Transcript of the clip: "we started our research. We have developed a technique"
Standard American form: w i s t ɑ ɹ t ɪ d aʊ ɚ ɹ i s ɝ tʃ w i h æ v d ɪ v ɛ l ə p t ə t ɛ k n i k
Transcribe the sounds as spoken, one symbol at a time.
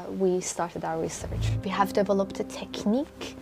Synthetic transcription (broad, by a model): w i s t ɑ ɹ t ɪ d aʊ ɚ ɹ i s ɝ tʃ w i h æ v d ɪ v ɛ l ə p t ə t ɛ k n i k